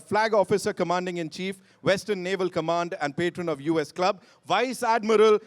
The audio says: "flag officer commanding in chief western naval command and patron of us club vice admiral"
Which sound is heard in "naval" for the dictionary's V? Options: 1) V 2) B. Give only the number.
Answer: 1